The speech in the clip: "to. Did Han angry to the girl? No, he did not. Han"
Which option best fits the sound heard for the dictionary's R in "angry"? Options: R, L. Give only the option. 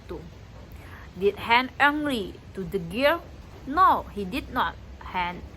L